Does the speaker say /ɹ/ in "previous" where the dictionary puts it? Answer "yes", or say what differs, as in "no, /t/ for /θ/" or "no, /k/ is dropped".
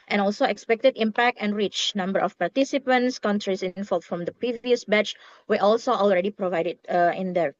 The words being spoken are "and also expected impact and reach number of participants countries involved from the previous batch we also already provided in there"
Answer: yes